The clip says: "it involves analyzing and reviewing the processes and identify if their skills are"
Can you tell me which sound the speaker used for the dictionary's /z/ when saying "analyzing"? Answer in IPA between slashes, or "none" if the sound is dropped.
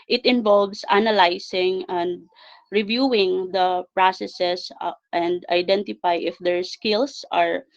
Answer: /s/